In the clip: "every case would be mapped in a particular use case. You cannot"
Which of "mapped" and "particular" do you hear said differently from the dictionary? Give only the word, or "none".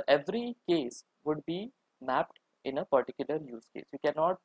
none